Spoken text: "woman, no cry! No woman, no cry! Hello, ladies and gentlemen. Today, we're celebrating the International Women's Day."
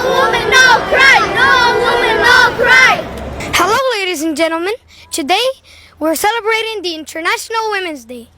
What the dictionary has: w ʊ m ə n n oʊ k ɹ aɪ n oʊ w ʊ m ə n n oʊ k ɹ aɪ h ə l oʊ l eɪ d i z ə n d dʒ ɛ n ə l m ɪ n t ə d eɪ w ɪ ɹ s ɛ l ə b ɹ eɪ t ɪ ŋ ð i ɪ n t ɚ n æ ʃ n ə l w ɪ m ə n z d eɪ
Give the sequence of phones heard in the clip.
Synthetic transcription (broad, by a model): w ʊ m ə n n oʊ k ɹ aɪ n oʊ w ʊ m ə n n oʊ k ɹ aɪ h ə l oʊ l eɪ d i z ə n dʒ ɛ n l m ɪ n t ə d eɪ w ɪ ɹ s ɛ l ə b ɹ eɪ t ɪ ŋ ð i ɪ n t ɚ n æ ʃ n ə l w ɪ m ə n z d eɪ